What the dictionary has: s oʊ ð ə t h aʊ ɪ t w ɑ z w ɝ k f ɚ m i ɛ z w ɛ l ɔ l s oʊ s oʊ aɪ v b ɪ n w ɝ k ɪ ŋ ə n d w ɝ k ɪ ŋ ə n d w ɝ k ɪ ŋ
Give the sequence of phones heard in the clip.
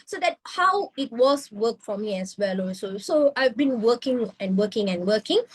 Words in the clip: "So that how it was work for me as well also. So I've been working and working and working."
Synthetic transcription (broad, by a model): s oʊ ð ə t h aʊ ɪ t w ɑ s w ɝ k f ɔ m i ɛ s w ɛ l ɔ s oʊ s oʊ aɪ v b ɪ n w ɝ k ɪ ŋ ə n w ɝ k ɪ ŋ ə n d w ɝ k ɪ ŋ